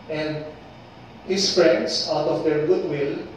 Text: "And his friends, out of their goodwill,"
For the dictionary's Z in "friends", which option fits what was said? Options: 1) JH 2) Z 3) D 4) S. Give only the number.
4